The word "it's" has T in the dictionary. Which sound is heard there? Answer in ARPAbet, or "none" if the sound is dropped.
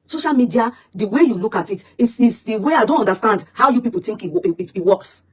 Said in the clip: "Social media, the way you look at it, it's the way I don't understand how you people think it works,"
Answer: S